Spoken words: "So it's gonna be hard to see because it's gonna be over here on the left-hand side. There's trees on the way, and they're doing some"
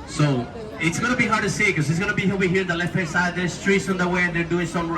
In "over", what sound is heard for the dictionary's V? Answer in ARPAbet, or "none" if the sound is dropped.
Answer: none